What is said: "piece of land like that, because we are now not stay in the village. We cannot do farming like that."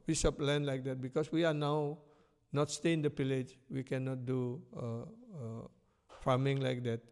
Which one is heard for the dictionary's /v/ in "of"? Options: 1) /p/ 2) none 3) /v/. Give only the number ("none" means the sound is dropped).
1